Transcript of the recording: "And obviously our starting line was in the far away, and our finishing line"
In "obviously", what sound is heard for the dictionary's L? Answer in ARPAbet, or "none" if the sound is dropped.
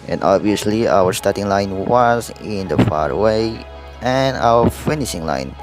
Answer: L